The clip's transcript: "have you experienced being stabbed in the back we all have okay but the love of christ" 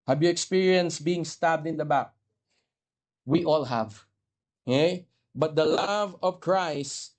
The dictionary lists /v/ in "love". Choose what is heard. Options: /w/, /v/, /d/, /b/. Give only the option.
/v/